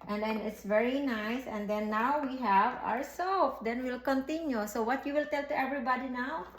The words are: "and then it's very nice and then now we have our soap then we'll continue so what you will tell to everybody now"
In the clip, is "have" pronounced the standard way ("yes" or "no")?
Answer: yes